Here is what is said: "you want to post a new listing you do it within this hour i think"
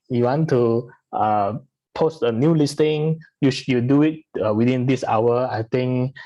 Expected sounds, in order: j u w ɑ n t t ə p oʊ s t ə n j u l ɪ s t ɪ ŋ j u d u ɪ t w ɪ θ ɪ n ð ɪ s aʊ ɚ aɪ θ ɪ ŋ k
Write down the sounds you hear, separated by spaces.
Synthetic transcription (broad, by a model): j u w ɑ n t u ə p oʊ s t ə n j u l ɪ s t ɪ ŋ j u d u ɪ t w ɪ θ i n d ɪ s aʊ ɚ aɪ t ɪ ŋ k